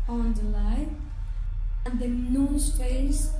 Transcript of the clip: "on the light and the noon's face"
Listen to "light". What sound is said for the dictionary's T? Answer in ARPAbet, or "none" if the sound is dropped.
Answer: none